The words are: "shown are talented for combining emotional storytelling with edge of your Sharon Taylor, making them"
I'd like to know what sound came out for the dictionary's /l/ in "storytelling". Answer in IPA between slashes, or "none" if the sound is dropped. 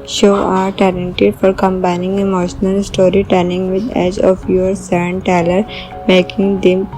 /n/